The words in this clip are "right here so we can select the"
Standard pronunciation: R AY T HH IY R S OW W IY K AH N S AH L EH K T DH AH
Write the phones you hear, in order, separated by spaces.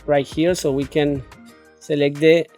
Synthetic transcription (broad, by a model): R AY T HH IY R S OW W IY K AH N S AH L EH K T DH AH